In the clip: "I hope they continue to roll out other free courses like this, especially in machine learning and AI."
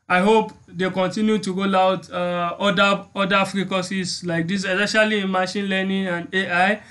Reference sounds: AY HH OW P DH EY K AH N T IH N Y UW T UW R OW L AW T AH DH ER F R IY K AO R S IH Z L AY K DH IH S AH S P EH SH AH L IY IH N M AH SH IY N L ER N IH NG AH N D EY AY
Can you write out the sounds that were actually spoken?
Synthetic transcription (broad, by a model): AY HH OW P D EY K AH N T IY N Y UW T UW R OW L AW T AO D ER F R IY K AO S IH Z L AY K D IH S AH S EH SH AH L IY IH N M AH SH IY N L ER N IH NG AH N D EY AY